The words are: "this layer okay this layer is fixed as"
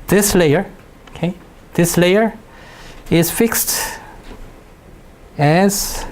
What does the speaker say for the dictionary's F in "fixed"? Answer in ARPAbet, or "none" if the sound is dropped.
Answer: F